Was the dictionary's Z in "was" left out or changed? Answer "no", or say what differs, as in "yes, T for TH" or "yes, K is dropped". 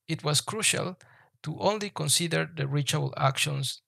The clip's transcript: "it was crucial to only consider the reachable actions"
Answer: yes, S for Z